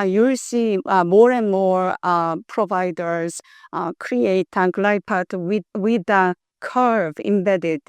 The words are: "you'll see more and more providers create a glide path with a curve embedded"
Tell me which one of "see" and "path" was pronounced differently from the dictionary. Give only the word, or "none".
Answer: path